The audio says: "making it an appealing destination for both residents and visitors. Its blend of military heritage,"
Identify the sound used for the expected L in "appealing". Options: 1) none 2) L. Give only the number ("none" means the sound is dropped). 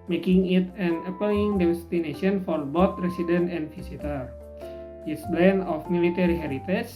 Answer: 1